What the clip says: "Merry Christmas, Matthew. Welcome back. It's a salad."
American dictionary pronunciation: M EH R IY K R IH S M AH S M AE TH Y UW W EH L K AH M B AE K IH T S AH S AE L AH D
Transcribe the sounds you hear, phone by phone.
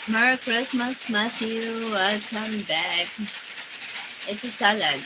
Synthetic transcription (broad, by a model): M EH R K R IH S M AH S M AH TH Y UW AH K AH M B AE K IH T S AH S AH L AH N